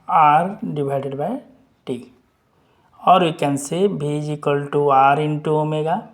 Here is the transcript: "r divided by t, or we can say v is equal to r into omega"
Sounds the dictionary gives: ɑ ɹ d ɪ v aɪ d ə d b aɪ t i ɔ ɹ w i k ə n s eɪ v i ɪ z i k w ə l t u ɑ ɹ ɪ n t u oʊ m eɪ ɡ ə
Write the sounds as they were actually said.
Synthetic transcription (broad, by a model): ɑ ɹ d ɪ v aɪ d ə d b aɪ t i ɔ ɹ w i k ə n s eɪ b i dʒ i k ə l t u ɑ ɹ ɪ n t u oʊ m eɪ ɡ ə